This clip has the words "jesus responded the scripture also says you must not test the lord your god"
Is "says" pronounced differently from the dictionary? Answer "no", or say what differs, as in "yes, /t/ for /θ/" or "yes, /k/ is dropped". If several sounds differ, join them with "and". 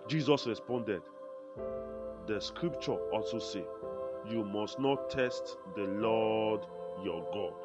yes, /z/ is dropped